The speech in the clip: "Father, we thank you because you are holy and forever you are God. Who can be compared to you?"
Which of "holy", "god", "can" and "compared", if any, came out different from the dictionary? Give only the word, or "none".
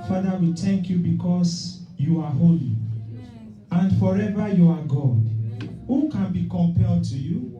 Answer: compared